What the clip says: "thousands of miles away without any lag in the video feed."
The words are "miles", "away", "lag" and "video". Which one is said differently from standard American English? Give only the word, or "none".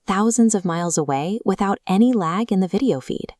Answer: none